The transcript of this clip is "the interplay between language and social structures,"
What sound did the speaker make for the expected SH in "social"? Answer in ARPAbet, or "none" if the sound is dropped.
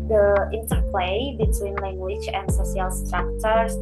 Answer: S